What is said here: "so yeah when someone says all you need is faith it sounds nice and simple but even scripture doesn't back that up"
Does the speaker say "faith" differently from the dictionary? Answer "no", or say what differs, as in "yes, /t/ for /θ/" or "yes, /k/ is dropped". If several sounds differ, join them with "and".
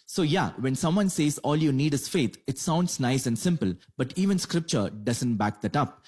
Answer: yes, /t/ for /θ/